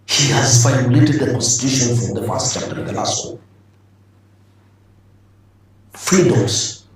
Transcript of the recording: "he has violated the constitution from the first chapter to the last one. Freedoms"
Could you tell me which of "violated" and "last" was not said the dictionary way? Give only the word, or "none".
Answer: violated